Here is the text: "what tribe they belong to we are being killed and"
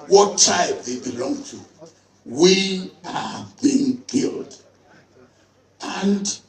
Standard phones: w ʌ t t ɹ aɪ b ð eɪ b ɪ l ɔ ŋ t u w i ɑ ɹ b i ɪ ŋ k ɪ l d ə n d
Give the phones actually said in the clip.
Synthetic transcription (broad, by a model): w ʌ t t aɪ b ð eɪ b ɪ l ɔ ŋ t u w i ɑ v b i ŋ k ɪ l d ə n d